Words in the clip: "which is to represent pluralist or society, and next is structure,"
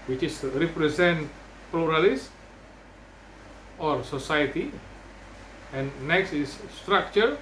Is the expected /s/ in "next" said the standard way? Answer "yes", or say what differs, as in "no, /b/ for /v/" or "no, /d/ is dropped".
yes